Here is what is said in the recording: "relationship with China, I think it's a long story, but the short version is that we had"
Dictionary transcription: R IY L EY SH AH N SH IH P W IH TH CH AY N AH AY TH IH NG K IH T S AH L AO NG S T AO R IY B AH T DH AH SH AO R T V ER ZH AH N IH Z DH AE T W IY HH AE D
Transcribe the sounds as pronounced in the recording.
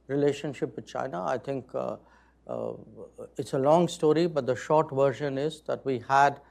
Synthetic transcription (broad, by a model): R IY L EY SH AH N SH IH P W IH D CH AY N AH AY T IH NG K IH T S AH L AO NG S T AO R IY B AH T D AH SH AO R T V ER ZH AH N IH Z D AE T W IY HH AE D